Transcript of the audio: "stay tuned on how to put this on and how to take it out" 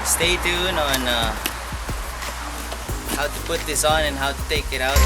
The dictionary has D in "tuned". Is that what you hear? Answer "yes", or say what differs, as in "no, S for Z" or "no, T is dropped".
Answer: no, D is dropped